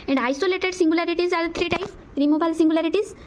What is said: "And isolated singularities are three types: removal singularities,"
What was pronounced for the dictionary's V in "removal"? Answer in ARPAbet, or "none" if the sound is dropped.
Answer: B